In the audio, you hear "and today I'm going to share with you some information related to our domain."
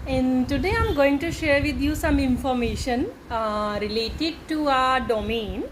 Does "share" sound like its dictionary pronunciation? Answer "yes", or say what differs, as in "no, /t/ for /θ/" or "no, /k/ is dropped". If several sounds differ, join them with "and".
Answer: yes